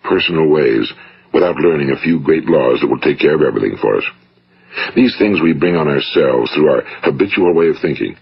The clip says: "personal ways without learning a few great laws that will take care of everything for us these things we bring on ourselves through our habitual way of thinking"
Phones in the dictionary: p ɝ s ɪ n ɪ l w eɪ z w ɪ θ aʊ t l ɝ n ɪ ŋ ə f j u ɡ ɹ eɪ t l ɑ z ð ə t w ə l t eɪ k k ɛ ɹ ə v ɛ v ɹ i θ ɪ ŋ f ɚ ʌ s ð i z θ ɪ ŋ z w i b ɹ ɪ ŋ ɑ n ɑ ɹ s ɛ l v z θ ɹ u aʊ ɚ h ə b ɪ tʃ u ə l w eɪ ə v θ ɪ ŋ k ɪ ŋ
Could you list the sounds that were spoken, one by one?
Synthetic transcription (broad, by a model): p ɝ s n l w eɪ z w ɪ θ aʊ t l ɝ n ɪ ŋ ə f j u ɡ ɹ eɪ t l ɑ z ð ə t w ə l t eɪ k k ɛ ɹ ə v ɛ v ɹ i θ ɪ ŋ f ɚ ʌ s ð i z θ ɪ ŋ z w i b ɹ ɪ ŋ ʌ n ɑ ɹ s ɛ l v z θ ɹ u aʊ ɚ h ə b ɪ tʃ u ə l w eɪ ə v θ ɪ ŋ k ɪ ŋ